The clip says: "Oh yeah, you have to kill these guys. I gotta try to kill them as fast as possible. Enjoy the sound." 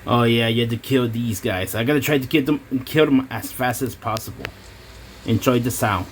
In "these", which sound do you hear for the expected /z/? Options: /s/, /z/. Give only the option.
/z/